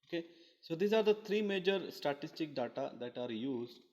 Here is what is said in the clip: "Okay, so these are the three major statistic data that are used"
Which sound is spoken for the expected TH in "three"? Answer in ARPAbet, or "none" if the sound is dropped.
T